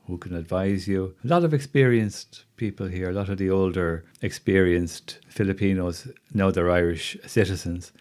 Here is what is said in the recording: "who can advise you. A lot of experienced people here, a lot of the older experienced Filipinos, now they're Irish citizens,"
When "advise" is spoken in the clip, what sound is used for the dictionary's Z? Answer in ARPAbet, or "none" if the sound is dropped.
Z